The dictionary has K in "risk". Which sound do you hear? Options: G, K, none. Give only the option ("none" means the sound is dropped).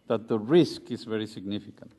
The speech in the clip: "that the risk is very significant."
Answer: K